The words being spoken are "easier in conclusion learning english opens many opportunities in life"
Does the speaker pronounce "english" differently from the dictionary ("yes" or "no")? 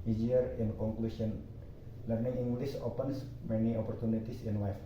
yes